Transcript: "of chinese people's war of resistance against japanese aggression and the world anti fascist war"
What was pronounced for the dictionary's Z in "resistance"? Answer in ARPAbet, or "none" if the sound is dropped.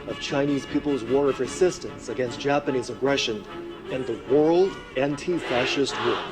S